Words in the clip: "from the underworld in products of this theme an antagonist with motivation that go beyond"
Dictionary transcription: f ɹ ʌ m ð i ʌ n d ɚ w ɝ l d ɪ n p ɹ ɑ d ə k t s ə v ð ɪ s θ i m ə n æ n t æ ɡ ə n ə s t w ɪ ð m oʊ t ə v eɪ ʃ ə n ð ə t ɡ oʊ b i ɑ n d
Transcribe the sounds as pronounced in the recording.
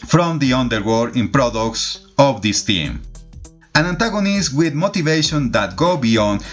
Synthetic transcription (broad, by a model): f ɹ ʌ m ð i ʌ n d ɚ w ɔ d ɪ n p ɹ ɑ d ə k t s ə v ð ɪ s t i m ə n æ n t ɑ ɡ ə n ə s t w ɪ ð m oʊ t ə v eɪ ʃ ə n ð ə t ɡ oʊ b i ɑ n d